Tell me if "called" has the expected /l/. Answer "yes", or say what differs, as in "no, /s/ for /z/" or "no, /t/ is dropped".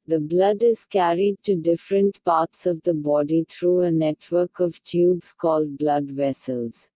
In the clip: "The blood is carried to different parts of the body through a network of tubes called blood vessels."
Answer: yes